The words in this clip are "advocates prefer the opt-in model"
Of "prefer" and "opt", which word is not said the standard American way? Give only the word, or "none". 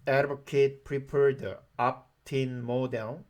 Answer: prefer